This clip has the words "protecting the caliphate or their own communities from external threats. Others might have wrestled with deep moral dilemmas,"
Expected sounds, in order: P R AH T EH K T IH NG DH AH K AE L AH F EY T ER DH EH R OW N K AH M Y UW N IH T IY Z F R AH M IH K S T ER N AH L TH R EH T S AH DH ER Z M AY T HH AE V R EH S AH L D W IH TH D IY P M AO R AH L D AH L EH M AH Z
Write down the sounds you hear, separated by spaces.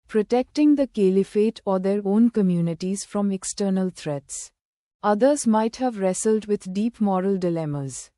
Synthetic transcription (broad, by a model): P R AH T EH K T IH NG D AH K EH L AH F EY T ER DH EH R OW N K AH M Y UW N IH T IY Z F R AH M IH K S T ER N AH L T R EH T S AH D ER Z M AY T HH AE V R EH S AH L D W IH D D IY P M AO R AH L D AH L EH M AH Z